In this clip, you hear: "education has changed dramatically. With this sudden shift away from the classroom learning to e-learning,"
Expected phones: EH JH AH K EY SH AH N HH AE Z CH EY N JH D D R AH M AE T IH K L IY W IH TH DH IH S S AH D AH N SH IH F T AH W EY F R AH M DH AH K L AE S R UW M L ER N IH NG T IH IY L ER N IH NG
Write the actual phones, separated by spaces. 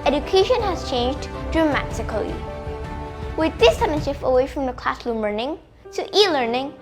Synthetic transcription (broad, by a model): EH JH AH K EY SH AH N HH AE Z CH EY N JH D D R AH M AE T IH K L IY W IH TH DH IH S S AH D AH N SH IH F AH W EY F R AH M DH AH K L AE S L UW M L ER N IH NG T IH IY L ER N IH NG